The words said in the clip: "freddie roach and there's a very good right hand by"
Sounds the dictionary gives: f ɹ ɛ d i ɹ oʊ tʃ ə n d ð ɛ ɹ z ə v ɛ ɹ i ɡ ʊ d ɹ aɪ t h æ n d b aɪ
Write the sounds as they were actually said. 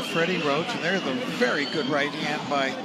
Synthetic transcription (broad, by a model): f ɹ ɛ d i ɹ oʊ s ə n ð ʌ ɹ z ə v ɛ ɹ i ɡ ʊ d ɹ aɪ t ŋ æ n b aɪ